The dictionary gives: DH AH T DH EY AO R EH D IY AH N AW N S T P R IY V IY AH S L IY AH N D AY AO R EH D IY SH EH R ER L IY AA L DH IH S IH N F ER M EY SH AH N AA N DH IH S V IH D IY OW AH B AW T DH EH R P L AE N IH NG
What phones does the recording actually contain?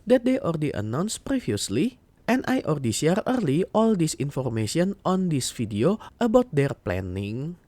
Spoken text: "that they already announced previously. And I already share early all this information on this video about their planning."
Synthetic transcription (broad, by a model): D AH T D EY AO R D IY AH N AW N S P R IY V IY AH S L IY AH N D AY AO R D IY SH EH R ER L IY AA L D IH S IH N F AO M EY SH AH N AA N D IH S F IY D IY OW AH B AW T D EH R P L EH N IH NG